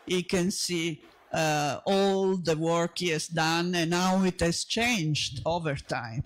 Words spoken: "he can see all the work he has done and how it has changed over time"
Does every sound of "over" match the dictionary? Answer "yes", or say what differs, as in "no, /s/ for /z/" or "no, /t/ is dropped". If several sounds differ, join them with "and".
yes